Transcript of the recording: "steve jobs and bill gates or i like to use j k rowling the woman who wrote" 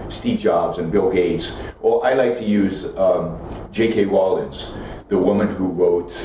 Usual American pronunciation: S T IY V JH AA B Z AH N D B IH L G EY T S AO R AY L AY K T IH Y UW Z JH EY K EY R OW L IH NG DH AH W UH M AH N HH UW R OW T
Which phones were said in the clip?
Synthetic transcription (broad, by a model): S T IY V JH AA B Z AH N B IH L G EY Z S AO L AY L AY K T IH Y UW Z JH EY K EY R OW L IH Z DH AH W UH M AH N HH UW R OW T